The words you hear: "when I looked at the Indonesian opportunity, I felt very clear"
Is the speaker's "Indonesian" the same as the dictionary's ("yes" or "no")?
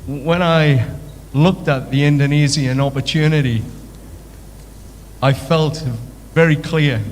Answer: no